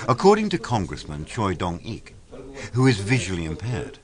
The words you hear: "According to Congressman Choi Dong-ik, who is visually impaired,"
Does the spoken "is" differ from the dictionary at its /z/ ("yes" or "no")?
no